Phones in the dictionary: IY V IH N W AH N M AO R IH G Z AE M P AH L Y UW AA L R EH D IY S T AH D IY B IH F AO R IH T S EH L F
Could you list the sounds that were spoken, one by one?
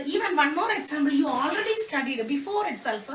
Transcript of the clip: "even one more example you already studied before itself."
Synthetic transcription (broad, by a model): IY V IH N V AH N M AO R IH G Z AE M B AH L Y UW AA L R EH D IY S T AH D IY B IH F AO R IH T S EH L F